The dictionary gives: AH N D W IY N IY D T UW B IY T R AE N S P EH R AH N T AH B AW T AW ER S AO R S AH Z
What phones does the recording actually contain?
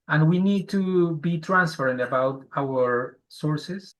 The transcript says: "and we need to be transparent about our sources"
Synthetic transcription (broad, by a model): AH N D W IY N IY D T UW B IY T R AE N S F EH R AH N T AH B AW T AW ER S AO R S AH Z